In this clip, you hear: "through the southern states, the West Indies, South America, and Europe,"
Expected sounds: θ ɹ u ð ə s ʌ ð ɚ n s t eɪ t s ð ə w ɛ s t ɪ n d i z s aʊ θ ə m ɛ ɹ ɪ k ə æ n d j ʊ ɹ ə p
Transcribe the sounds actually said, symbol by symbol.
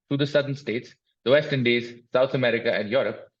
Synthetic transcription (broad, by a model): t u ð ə s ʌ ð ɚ n s t eɪ t s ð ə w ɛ s t ɪ n d i z s aʊ t ə m ɛ ɹ ɪ k ə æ n d j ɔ ɹ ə p